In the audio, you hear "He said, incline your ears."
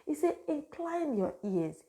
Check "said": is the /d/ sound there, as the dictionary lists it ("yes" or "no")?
no